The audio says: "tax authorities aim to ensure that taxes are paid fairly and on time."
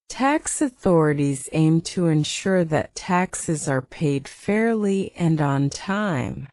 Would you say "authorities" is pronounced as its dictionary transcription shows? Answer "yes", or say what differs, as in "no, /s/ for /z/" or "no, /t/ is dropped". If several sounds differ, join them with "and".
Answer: yes